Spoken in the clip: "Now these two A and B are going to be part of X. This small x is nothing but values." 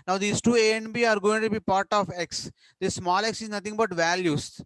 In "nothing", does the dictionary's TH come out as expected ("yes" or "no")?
no